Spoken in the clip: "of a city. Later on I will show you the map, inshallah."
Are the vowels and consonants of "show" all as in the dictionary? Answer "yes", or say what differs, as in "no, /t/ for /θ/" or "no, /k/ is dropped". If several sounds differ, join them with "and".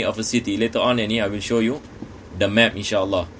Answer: yes